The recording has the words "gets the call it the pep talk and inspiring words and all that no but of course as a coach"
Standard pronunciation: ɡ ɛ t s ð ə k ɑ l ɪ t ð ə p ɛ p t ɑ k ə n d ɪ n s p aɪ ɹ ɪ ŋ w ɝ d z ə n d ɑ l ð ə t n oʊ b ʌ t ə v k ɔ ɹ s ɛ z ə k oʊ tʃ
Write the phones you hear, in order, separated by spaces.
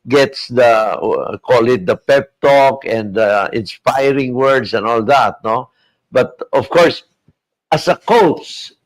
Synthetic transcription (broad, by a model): ɡ ɛ t s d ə k ɑ l ɪ t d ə p ɛ p t ɑ k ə n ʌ ɪ n s p aɪ ɹ ɪ ŋ w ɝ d s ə n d ɑ l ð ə t n oʊ b ʌ t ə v k ɔ ɹ s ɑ s ə k oʊ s